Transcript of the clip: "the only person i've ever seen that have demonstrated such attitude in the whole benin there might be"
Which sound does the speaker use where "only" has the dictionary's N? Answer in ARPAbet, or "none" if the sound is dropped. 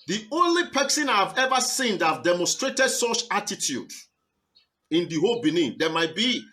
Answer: N